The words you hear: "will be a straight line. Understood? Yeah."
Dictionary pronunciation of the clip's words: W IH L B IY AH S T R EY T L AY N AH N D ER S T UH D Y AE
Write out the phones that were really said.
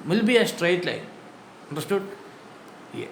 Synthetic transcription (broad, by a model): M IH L B IY AH S T R EY T L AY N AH N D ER S T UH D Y